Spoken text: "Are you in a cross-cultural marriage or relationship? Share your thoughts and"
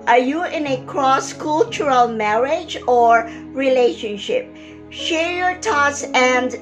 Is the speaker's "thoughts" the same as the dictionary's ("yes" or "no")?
no